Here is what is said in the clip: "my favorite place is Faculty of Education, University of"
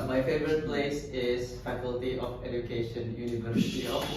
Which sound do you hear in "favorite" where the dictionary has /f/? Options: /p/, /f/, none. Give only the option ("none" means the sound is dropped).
/f/